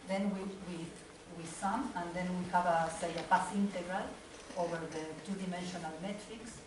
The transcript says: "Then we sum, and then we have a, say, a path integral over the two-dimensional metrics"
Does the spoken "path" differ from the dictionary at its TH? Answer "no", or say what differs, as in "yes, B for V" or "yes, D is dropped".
yes, S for TH